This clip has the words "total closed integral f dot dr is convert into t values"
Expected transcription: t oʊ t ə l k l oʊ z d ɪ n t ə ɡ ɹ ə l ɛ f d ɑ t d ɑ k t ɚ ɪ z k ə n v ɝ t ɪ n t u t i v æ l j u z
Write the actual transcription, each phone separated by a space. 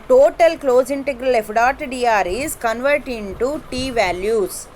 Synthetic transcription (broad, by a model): t oʊ t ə l k l oʊ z ɪ n t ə ɡ ɹ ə l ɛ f d ɑ t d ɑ t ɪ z k ə n v ɝ t ɪ n t u t i v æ l j u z